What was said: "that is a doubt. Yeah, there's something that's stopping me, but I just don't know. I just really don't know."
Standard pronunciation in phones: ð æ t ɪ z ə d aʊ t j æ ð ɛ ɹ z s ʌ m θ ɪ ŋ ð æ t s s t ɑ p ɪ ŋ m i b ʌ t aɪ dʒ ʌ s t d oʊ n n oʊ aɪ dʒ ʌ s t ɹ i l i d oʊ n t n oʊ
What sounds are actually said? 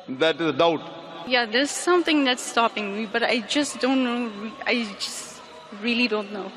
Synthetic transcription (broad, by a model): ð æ t ɪ z ə d aʊ t j æ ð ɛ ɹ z s ʌ m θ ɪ ŋ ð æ t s s t ɑ p ɪ ŋ m i b ʌ t aɪ dʒ ʌ s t d oʊ n n oʊ aɪ dʒ ʌ s t ɹ i l i d oʊ n t n oʊ